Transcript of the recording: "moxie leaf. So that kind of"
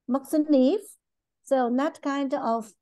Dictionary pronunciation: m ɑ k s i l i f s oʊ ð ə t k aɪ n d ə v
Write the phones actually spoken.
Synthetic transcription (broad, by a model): m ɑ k s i n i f s oʊ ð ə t k aɪ n d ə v